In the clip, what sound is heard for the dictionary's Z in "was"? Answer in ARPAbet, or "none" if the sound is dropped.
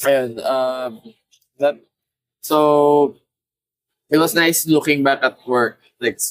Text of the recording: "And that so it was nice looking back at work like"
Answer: S